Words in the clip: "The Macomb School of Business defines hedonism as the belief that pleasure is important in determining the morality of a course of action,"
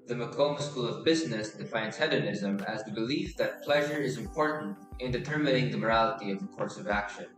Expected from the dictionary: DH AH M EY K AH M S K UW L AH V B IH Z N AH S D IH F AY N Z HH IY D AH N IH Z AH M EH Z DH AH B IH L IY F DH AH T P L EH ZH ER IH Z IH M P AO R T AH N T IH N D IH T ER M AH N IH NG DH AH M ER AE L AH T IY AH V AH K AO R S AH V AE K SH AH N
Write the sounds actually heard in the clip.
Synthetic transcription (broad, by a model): DH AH M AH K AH M S K UW L AH V B IH Z N AH S D IH F AY N Z HH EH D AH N IH Z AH M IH Z DH AH B IH L IY F DH AH T P L EH ZH ER IH Z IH M P AO R T N T IH N D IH T ER M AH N IH NG DH AH M ER AE L AH T IY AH V AH K AO R S AH V AE K SH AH N